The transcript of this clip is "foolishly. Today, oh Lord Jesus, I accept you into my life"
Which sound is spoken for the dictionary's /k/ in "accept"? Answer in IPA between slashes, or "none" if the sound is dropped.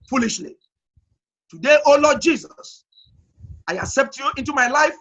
/k/